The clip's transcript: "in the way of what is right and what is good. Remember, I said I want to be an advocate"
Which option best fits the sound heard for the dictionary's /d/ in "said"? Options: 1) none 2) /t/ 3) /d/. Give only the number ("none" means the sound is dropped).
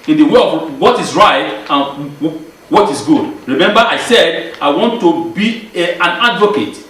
3